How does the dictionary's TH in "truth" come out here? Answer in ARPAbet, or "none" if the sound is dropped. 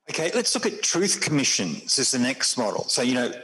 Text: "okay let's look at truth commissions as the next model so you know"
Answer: TH